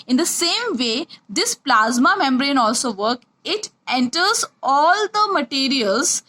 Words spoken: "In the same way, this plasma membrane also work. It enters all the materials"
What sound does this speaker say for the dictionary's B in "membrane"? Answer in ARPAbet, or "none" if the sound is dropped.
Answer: B